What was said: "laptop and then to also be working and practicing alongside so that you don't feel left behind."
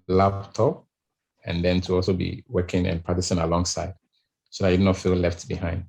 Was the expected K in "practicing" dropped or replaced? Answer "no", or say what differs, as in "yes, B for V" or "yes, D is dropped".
yes, K is dropped